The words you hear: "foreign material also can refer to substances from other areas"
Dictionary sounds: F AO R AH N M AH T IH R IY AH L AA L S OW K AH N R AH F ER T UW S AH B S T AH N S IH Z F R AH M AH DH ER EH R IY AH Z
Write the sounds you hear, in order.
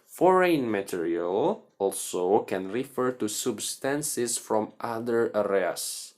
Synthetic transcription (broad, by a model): F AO R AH N M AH T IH R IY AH L AA L S OW K AH N R AH F ER T UW S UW B S T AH N S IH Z F R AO M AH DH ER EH R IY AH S